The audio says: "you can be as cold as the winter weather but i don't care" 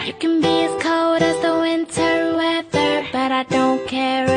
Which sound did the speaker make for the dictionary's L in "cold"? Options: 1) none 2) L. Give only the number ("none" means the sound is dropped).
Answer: 1